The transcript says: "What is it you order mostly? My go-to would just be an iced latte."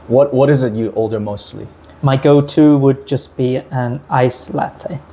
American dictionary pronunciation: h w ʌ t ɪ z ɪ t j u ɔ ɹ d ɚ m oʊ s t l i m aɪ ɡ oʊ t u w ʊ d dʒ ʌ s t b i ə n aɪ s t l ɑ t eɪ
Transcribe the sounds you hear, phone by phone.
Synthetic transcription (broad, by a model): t w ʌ t ɪ z ɪ t j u ɔ l d ɚ m oʊ s t l i m aɪ ɡ oʊ t u w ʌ d dʒ ʌ s b i ə n aɪ s l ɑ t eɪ